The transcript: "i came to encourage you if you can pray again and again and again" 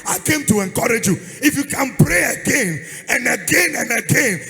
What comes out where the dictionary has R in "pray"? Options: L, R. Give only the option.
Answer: R